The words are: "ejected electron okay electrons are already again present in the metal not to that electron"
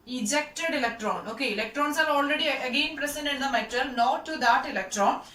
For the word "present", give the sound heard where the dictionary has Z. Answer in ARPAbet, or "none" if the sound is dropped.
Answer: S